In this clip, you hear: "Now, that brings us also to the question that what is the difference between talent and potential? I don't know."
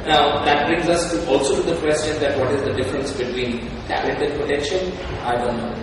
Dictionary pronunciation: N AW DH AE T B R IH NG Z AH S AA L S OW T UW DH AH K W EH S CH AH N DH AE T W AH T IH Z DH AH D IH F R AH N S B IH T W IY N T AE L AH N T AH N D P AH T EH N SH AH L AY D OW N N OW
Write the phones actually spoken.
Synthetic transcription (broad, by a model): N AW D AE T B R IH NG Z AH S AA L S OW T UW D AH K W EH S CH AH N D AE T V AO T IH Z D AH D IH F R AH N S B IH T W IY N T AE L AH T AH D P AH T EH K SH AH N AY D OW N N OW